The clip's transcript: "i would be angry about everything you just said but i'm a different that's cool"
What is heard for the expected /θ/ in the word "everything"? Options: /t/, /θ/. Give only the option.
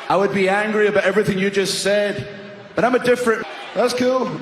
/θ/